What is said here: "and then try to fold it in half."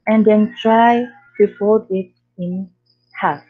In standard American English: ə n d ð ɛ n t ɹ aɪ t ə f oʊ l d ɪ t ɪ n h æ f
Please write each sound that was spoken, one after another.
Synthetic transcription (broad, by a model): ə n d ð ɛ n t ɹ aɪ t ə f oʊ d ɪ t ɪ n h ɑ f